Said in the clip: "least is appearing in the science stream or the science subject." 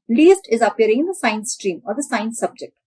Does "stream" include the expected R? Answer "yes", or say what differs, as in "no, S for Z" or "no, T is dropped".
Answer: yes